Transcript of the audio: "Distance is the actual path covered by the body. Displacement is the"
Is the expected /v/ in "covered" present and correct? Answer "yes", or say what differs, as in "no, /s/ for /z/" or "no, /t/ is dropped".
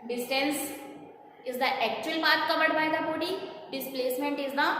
no, /b/ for /v/